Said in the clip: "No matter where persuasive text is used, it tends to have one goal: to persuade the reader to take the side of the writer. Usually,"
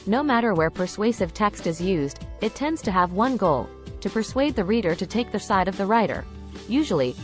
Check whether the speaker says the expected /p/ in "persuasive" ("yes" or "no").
yes